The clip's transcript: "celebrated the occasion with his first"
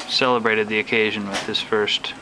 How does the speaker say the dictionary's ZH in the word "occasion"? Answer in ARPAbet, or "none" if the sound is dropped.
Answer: ZH